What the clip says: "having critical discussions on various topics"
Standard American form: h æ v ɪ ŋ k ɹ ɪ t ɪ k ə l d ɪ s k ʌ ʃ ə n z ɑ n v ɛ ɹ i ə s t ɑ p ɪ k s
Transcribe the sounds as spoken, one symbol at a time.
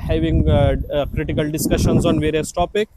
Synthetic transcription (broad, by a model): h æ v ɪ ŋ k ɹ ɪ t ɪ k ə l d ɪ s k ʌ ʃ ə n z ɑ n v ɛ ɹ i ə s t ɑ p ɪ k